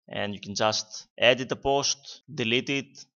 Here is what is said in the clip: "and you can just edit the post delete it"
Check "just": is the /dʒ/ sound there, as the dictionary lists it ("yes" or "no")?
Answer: yes